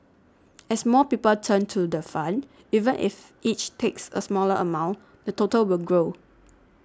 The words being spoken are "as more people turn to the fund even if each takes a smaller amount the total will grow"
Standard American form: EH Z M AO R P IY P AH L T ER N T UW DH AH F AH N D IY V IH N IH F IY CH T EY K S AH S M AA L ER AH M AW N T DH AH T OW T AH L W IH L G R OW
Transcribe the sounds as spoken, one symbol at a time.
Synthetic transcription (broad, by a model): EH S M AO P IY P AH L T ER N T UW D AH F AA N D IY V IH N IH F IY CH T EY K S AH S M AA L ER AH M AW N T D AH T OW T AH L W IH L G R OW